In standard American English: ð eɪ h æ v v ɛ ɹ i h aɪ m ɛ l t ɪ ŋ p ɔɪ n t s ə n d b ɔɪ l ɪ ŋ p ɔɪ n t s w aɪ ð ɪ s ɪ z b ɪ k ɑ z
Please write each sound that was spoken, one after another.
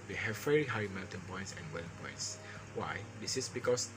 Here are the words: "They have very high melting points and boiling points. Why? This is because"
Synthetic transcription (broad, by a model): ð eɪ h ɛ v v ɛ ɹ i h aɪ m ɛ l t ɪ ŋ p ɔɪ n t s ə n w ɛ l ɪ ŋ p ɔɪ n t s w aɪ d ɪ s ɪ s b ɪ k ɑ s